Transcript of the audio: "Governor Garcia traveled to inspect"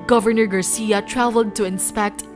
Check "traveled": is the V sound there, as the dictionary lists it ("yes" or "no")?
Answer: yes